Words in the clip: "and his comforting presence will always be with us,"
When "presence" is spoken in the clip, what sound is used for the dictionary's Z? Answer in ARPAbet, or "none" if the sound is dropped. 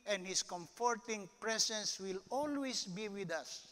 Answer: S